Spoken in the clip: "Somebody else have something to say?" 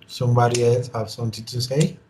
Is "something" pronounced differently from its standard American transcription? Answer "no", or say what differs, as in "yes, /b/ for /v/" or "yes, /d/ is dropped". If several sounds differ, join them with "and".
yes, /t/ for /θ/